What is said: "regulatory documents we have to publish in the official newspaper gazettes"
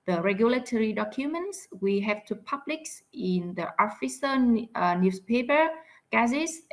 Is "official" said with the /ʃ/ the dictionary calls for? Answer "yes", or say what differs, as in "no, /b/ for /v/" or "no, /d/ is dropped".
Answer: no, /s/ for /ʃ/